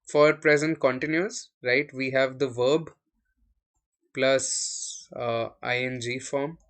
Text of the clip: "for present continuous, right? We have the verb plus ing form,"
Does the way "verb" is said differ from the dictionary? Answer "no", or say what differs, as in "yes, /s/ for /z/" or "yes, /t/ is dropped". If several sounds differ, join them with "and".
no